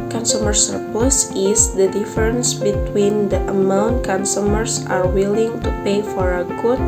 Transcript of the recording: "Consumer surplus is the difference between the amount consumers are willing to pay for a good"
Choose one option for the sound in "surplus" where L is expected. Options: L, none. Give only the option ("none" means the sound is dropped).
none